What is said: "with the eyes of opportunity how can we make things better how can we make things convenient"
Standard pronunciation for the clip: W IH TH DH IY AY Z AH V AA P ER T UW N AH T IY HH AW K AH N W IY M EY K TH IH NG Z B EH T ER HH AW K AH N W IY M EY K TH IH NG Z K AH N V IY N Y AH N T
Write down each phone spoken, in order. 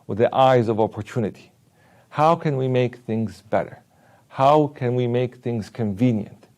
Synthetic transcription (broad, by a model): W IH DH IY AY Z AH V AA P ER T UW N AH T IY HH AW K AH N W IY M EY K TH IH NG Z B EH T ER HH AW K AH N W IY M EY K TH IH NG Z K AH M V IY N Y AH N T